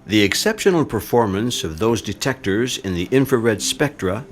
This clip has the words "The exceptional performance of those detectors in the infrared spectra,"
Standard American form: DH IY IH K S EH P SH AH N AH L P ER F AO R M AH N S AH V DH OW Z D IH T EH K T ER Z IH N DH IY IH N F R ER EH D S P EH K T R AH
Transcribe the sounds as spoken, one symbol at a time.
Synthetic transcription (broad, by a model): DH IY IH K S EH P SH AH N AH L P ER F AO R M AH N S AH V DH OW Z D IH T EH K T ER Z IH N DH IY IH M F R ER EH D S P EH K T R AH